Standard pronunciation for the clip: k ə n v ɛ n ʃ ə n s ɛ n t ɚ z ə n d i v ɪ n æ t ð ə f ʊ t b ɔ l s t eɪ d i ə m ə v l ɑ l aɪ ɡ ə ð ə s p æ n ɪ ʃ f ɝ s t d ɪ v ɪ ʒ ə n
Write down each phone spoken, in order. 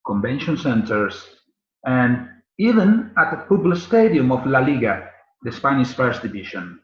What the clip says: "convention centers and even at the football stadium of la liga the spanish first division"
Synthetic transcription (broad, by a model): k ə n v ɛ n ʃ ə n s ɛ n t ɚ s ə n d i v ɪ n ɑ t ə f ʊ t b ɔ l s t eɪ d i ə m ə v l ɑ l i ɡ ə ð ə s p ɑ n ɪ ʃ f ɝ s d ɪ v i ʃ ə n